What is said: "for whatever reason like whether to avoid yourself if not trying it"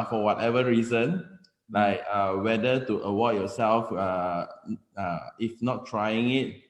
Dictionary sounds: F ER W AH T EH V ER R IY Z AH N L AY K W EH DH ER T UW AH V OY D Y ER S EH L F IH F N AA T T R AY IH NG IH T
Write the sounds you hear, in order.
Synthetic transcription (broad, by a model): F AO W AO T EH V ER R IY Z AH N L AY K W EH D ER T UW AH W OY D Y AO S EH L F IH F N AA T T R AY IH NG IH T